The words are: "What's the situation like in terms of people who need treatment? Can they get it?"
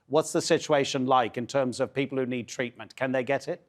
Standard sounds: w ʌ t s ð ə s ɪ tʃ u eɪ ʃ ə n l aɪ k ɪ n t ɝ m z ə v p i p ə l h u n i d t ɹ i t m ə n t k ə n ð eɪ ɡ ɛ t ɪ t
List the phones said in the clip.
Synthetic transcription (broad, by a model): w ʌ t s ð ə s ɪ tʃ u eɪ ʃ ə n l aɪ k ɪ n t ɝ m z ə v p i p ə l h u n i d t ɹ i t m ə n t k ə n ð eɪ ɡ ɛ t ɪ t